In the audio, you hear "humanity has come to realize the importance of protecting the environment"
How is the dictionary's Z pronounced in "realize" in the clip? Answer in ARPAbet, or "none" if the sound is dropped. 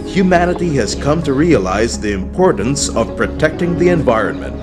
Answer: Z